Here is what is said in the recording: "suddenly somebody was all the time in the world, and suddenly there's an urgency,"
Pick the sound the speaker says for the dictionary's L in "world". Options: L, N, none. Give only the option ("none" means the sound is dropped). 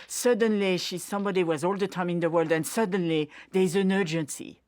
L